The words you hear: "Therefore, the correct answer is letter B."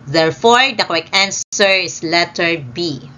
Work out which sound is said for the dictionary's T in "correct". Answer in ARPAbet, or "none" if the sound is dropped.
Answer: none